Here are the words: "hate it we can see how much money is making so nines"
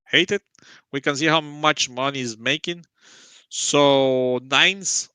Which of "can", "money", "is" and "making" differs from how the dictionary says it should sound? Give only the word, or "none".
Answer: none